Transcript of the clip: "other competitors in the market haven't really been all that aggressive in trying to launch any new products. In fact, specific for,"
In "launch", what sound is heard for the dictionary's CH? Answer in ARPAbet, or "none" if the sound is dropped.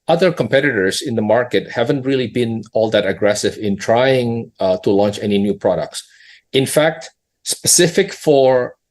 CH